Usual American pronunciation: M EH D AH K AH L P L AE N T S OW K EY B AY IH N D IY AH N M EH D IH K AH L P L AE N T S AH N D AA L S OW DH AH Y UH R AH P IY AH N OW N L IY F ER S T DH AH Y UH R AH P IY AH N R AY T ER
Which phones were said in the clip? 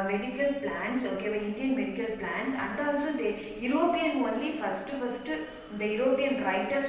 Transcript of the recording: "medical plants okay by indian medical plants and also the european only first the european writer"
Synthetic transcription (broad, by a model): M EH D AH K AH L P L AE N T S OW K EY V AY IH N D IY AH N M EH D IH K AH L P L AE N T S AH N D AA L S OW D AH Y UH R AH P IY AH N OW N L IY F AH S T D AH Y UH R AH P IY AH N R AY T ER